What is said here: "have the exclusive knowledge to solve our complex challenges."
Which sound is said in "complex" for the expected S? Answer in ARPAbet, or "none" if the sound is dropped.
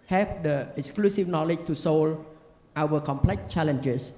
none